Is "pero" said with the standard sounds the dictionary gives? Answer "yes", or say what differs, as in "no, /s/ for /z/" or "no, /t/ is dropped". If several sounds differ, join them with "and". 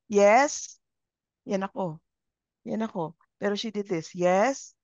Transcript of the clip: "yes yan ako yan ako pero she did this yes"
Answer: yes